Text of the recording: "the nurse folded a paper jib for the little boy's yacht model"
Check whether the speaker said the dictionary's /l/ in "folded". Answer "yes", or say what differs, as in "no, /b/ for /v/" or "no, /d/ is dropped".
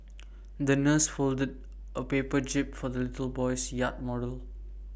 yes